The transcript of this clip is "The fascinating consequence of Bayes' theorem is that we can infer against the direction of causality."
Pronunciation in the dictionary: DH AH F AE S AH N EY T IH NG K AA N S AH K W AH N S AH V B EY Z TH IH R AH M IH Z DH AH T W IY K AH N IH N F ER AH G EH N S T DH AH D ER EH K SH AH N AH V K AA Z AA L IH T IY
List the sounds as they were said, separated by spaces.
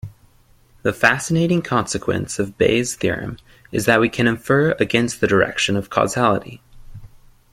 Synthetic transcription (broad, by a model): DH AH F AE S AH N EY T IH NG K AA N S AH K W AH N S AH V B EY Z TH IH R AH M IH Z DH AH T W IY K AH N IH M F ER AH G EH N S T DH AH D ER EH K SH AH N AH V K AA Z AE L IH T IY